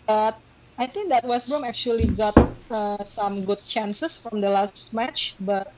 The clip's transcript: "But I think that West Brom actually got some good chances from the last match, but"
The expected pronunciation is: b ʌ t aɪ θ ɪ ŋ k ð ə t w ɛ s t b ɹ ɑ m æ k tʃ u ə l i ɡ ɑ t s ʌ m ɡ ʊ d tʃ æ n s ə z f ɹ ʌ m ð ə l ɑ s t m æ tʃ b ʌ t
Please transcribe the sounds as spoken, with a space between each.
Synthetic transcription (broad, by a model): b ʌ t aɪ t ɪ ŋ k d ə t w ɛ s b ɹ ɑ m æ k tʃ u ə l i ɡ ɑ t s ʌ m ɡ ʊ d tʃ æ n s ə s f ɹ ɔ m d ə l ɑ s t m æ tʃ b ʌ t